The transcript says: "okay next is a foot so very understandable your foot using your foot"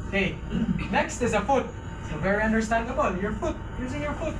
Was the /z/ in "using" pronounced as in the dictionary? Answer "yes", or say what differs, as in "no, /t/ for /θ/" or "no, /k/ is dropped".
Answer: yes